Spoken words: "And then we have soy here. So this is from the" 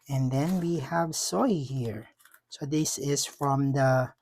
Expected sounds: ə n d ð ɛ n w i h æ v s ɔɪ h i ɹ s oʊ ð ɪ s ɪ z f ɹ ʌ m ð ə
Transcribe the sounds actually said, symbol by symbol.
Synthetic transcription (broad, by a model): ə n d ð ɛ n w i h æ v s ɔɪ h i ɹ s oʊ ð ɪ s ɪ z f ɹ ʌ m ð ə